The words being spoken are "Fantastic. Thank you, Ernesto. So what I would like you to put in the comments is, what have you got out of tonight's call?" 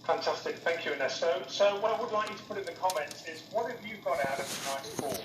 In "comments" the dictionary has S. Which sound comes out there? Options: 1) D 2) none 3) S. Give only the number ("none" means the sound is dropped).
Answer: 2